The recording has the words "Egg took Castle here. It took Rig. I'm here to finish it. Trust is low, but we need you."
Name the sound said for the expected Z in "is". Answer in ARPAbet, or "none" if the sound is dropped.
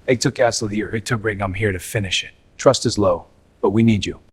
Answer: Z